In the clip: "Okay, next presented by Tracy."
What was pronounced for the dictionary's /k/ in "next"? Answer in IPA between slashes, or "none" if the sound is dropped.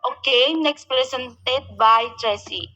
/k/